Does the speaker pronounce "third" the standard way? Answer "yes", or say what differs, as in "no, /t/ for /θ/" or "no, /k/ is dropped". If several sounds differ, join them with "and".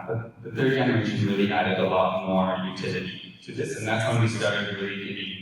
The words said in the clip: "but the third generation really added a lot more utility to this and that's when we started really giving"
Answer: yes